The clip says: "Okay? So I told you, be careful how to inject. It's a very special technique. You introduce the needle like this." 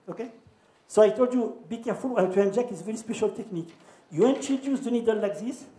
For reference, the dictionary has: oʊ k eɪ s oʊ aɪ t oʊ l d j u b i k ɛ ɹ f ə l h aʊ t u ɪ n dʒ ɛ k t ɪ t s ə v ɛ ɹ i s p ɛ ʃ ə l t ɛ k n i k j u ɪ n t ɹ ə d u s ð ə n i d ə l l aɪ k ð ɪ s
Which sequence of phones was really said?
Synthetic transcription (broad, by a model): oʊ k eɪ s oʊ aɪ t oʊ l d j u b i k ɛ f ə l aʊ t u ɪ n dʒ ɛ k ɪ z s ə v ɛ ɹ i s p ɛ ʃ ə l t ɛ k n i k j u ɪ n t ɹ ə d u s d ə n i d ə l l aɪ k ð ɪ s